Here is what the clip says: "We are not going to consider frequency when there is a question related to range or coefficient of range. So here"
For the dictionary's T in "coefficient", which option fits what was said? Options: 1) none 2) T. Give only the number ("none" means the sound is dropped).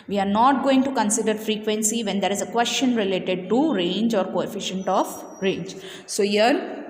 2